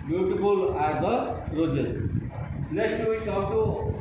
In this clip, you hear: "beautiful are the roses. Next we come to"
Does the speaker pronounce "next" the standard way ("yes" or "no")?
no